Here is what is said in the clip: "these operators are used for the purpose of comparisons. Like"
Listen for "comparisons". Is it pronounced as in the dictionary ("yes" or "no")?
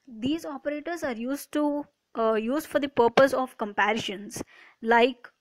no